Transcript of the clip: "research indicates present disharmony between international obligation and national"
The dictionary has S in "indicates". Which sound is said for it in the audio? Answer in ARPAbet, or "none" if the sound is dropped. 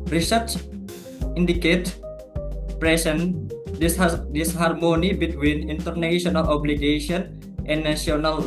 none